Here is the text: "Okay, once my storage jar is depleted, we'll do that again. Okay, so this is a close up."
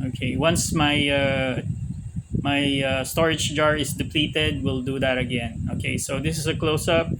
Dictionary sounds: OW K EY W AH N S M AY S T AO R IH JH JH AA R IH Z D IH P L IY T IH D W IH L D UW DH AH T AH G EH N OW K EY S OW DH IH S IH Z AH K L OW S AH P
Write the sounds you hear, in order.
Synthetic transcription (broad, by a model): OW K EY W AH N S M AY S T AO R IH JH JH AA R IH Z D IH P L IY T IH D W IH L D UW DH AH T AH G EH N OW K EY S OW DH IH S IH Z AH K L OW S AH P